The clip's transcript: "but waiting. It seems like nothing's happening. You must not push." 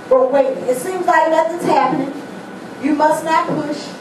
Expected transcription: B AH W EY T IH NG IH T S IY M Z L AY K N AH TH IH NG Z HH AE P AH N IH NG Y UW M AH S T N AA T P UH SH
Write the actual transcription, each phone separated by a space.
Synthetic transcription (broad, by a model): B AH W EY IH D IH T S IY M Z L AY K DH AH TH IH Z HH AE P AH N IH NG Y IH M AH S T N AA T P UH SH